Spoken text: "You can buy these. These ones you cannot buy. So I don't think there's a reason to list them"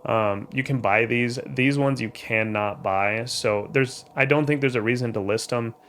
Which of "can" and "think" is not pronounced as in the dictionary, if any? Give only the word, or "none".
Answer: none